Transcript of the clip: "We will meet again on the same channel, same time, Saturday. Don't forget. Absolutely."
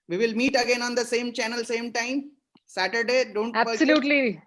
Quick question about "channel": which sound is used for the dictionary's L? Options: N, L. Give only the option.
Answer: L